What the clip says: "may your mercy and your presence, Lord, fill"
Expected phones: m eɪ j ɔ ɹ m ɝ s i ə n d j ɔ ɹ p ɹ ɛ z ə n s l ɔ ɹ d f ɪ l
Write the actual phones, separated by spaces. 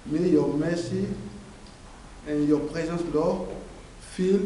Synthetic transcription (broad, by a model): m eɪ j ɔ ɹ m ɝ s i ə j ɔ ɹ p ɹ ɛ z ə s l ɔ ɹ f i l